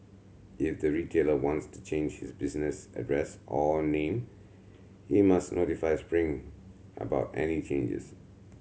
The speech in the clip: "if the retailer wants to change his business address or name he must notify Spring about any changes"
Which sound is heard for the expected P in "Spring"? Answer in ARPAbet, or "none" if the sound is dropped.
P